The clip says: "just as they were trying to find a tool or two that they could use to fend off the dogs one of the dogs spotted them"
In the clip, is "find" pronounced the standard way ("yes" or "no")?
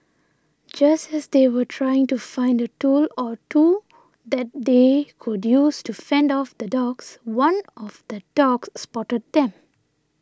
yes